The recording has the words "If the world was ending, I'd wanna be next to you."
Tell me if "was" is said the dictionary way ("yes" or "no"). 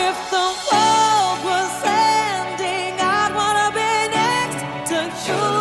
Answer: no